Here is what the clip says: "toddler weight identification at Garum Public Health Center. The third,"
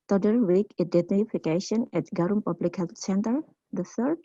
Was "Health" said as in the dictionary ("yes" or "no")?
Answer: no